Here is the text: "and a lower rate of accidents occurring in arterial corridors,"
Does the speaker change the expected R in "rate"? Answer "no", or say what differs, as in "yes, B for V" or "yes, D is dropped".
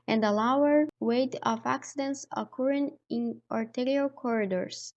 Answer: yes, W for R